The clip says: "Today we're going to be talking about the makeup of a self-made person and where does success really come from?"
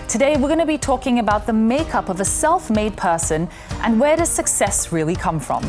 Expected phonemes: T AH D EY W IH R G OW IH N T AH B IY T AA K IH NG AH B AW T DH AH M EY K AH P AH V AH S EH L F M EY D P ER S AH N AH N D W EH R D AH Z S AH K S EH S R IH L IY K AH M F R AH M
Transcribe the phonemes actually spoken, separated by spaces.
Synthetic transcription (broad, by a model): T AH D EY W IH R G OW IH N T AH B IY T AA K IH NG AH B AW T DH AH M EY K AH P AH V AH S EH L F M EY D P ER S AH N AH N W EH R D AH Z S AH K S EH S R IH L IY K AH M F R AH M